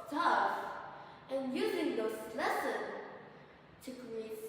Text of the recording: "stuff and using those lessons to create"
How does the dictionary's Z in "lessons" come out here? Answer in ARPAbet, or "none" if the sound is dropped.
none